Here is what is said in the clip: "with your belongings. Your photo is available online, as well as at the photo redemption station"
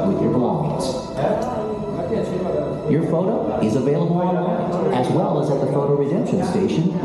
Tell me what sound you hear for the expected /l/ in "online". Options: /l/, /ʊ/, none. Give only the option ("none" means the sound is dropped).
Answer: none